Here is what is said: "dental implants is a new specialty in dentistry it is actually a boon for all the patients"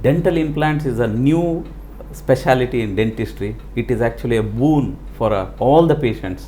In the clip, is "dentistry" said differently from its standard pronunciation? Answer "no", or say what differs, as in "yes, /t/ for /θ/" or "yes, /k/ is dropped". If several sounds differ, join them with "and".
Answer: no